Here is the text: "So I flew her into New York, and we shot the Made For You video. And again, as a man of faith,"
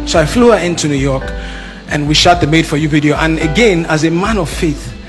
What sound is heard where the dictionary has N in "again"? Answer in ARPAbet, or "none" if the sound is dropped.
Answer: N